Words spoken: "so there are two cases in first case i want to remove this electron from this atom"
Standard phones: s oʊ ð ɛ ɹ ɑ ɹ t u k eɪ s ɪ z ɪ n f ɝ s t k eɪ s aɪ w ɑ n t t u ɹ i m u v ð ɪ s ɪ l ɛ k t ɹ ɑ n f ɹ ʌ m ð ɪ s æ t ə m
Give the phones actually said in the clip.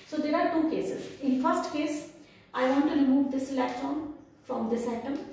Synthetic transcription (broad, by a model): s oʊ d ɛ ɹ ɑ ɹ t u k eɪ s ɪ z ɪ n f ɝ s t k eɪ s aɪ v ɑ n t t u ɹ i m u v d ɪ s l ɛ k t ɑ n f ɹ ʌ m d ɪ s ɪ t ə m